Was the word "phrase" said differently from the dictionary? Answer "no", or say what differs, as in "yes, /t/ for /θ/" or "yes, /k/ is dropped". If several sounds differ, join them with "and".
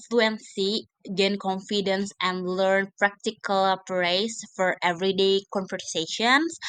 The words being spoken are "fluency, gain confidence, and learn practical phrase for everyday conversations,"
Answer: yes, /p/ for /f/ and /s/ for /z/